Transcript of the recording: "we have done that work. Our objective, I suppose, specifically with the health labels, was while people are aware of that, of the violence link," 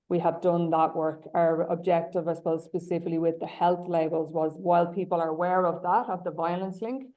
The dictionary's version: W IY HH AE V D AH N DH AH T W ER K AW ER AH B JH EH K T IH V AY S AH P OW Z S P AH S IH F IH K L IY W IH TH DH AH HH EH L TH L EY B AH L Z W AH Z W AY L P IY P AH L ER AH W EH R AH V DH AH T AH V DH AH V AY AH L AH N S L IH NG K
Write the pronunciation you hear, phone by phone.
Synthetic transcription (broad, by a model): W IY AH V D AH N DH AH T W ER K AW ER AH B JH EH K T IH V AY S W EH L S P AH S IH F IH K L IY W IH DH AH HH EH L TH L EY B AH L Z W AH Z W AY L P IY P AH L ER AH W EH R AH V DH AH T AH V DH AH V AY AH L AH N S L IH NG K